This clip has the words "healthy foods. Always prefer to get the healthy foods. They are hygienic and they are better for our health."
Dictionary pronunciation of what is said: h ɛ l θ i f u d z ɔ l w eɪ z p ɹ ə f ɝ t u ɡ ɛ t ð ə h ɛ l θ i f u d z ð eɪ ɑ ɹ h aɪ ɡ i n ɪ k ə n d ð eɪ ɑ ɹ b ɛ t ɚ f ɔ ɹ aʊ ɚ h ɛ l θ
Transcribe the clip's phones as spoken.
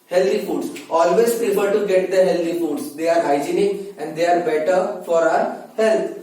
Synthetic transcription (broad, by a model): h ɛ l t i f u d s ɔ l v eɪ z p ə p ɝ t u ɡ ɛ t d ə h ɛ l t i f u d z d eɪ ɑ ɹ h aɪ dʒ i n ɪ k ə n d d eɪ ɑ ɹ b ɛ t ɚ f ɔ ɹ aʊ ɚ h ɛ l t